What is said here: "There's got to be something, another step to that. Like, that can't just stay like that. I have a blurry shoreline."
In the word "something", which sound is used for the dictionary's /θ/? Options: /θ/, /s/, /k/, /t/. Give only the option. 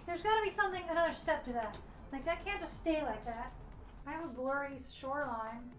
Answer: /θ/